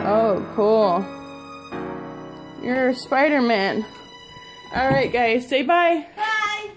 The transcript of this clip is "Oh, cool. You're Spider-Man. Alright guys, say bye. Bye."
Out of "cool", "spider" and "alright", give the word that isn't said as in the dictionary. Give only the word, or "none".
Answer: none